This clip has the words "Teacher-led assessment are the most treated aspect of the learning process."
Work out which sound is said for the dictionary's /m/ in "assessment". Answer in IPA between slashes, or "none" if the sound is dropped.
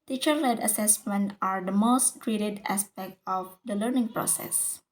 /m/